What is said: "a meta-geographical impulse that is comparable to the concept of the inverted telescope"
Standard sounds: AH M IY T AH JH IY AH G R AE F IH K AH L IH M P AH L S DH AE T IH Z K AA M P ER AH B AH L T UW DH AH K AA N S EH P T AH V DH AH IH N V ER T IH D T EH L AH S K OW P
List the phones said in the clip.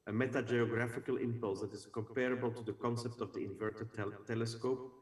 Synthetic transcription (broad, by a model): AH M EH T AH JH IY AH G R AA F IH K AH L IH M P AH L S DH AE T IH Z K AA M P ER AH B AH L T UW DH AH K AA N S EH P T AH V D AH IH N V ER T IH T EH L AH S K OW P